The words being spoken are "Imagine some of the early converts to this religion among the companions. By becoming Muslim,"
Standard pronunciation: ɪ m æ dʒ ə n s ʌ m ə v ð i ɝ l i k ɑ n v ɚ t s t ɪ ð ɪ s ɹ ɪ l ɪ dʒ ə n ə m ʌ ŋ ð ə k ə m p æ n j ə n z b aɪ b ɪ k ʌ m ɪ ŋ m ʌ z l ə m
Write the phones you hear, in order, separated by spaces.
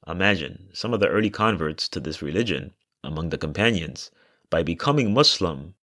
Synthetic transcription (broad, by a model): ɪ m æ dʒ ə n s ʌ m ə v ð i ɝ l i k ɑ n v ɚ t s t ɪ ð ɪ s ɹ ɪ l ɪ dʒ ə n ə m ʌ ŋ ð ə k ə m p æ n j ə n z b aɪ b ɪ k ʌ m ɪ ŋ m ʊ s l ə m